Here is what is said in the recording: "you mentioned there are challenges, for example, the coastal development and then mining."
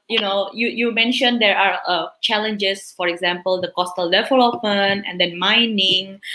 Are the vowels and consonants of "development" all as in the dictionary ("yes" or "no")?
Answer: no